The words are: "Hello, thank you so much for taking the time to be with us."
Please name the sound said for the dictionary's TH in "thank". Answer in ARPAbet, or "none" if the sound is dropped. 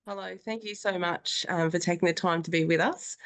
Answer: TH